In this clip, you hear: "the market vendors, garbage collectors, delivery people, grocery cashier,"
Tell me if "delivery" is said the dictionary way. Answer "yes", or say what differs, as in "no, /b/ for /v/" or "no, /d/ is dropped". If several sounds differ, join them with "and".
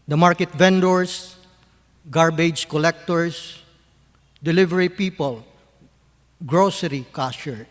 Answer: yes